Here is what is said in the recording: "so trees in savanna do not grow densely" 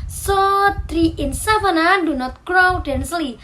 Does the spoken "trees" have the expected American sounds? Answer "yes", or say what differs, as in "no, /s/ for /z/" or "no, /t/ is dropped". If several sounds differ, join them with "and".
no, /z/ is dropped